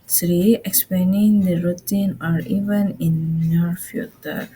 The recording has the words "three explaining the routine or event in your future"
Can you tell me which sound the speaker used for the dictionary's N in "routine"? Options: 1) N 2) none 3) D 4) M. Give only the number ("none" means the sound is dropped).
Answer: 1